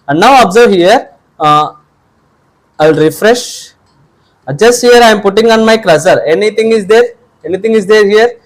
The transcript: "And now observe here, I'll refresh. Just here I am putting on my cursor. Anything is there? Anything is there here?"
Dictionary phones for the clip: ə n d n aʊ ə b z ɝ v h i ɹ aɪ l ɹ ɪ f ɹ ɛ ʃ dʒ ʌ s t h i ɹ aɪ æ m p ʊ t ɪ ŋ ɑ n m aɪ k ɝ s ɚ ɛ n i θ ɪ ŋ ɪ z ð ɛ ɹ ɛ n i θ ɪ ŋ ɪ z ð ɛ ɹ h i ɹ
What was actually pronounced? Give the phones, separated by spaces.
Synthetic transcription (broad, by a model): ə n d n aʊ ə b z ɝ v h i ɹ aɪ l ɹ ɪ f ɹ ɛ ʃ dʒ ʌ s t h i ɹ aɪ m p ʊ t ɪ ŋ ɑ n m aɪ k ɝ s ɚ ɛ n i t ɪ ŋ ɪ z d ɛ ɹ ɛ n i t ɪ ŋ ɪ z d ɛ ɹ h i ɹ